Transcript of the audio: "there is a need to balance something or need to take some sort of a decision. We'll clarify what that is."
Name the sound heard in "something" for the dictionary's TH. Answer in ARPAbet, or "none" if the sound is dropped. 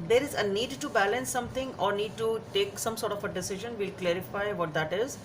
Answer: T